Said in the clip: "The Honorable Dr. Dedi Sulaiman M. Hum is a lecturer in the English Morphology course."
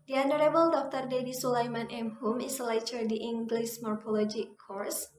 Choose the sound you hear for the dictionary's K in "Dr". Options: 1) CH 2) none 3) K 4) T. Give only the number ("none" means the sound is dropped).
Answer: 3